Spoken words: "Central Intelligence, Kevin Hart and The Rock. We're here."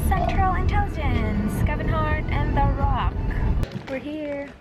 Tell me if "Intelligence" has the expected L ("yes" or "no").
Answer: no